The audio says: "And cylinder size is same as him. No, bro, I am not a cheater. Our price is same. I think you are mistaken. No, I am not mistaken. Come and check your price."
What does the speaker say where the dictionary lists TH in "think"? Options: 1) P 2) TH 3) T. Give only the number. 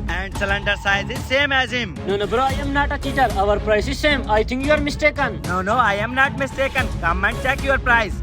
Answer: 3